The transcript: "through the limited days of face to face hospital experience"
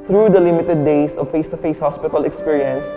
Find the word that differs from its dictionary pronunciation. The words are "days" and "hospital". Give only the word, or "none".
days